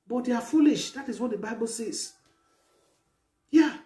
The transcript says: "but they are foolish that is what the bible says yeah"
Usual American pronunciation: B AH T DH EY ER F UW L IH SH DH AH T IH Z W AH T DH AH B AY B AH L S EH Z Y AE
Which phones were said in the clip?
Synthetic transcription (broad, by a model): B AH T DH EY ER F UW L IH SH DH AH T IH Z W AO T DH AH B AY B AH L S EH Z Y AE